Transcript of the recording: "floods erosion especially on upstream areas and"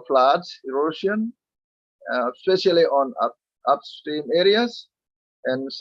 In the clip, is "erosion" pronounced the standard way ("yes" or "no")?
no